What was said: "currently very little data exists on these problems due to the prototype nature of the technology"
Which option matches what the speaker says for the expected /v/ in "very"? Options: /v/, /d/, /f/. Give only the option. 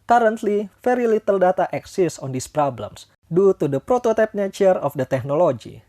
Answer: /f/